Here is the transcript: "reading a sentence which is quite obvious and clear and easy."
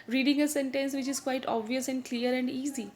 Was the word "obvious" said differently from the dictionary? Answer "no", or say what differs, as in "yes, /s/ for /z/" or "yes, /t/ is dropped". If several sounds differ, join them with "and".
no